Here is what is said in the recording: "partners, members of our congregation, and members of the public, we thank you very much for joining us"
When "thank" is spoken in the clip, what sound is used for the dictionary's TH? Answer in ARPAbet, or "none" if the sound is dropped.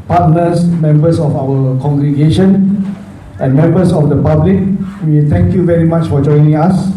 T